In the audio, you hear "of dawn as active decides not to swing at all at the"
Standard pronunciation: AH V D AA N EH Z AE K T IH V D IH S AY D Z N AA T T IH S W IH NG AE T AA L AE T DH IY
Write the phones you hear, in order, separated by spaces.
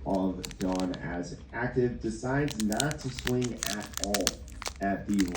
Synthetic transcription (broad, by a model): AH V D AA N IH Z AE K T IH V D IH S AY D Z N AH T T IH S W IH NG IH T AA L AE T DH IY